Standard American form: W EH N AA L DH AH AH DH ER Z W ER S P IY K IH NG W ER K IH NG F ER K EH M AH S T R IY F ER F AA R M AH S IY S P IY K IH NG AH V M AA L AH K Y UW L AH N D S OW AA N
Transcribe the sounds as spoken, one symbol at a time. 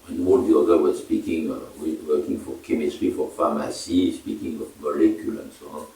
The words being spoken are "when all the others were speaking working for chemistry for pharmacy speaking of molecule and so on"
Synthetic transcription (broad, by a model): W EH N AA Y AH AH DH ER W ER S P IY K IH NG W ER K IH NG F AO K EH M AH S T R IY F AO F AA M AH S IY S P IY K IH NG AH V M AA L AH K Y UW L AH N S OW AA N